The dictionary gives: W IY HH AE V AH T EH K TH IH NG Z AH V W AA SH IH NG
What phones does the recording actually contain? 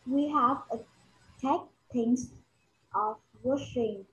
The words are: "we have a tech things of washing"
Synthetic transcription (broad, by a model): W IY HH AE V AH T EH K T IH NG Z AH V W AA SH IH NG